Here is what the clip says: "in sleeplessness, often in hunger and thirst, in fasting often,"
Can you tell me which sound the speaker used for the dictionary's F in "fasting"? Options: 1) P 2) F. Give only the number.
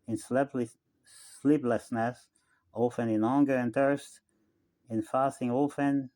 2